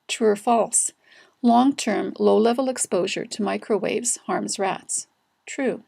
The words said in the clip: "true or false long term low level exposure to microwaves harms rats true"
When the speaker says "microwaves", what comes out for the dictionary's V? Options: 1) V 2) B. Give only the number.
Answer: 1